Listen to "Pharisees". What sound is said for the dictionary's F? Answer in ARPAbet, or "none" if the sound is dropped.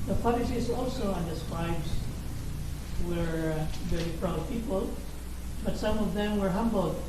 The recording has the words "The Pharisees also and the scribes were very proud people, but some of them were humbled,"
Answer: P